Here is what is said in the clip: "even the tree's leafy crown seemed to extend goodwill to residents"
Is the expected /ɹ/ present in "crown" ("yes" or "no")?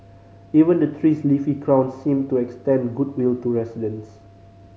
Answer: yes